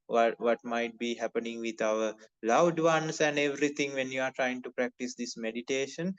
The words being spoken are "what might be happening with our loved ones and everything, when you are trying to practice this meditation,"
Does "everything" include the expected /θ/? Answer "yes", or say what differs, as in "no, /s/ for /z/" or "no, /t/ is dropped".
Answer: no, /t/ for /θ/